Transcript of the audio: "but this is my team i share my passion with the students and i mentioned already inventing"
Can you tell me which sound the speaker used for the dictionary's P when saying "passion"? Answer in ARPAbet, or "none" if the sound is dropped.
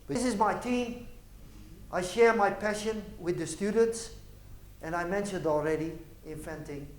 P